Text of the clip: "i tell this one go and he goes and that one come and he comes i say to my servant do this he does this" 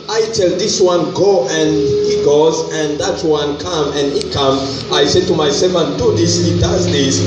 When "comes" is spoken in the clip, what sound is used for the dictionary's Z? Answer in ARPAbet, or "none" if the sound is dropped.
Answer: none